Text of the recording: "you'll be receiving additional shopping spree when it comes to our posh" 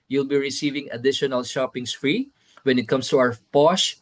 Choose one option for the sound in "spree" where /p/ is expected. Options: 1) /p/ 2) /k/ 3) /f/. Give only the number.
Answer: 3